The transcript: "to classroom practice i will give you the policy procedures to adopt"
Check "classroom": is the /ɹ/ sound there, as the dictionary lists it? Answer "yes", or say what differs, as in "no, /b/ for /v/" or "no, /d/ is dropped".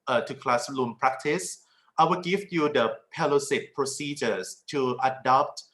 no, /l/ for /ɹ/